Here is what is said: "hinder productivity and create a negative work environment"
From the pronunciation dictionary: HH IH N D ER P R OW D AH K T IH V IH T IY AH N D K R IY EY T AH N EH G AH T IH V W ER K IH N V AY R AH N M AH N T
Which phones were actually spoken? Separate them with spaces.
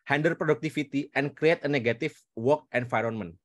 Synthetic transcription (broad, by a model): HH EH N D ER P R OW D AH K T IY F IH T IY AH N K R IY EY T AH N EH G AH T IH F W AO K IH N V AY R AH N M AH N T